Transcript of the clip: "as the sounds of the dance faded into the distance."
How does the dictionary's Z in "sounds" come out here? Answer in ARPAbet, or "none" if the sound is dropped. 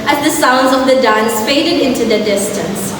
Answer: Z